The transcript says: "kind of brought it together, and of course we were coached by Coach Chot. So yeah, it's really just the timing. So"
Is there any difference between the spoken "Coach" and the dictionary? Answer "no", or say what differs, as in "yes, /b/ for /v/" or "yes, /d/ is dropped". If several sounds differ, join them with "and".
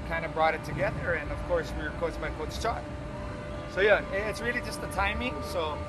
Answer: yes, /s/ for /tʃ/